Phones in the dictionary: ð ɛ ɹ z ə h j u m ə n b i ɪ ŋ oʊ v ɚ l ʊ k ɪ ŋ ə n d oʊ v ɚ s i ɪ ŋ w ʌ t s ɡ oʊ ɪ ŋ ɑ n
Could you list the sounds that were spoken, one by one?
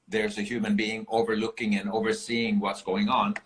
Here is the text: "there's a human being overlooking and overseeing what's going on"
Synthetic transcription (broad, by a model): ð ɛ ɹ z ə h j u m ə n b i ɪ ŋ oʊ v ɚ l ʊ k ɪ ŋ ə n oʊ v ɚ s i ɪ ŋ w ʌ t s ɡ oʊ ɪ ŋ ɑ n